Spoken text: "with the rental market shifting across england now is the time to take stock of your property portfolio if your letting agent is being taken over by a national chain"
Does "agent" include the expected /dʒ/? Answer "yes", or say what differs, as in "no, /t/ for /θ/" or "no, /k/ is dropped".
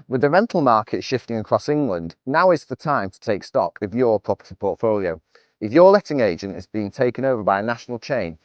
yes